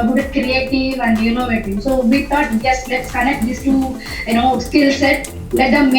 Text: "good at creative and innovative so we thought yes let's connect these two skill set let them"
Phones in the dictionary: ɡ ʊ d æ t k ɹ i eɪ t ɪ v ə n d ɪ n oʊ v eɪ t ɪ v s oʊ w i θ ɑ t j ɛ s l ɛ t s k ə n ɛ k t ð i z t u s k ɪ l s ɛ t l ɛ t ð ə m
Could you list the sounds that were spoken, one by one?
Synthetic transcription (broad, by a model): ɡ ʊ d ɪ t k ɹ i eɪ t ɪ v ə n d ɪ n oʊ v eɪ t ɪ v s oʊ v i t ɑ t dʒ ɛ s l ɛ t s k ə n ɛ k t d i s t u s k ɪ l s ɛ t l ɛ t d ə m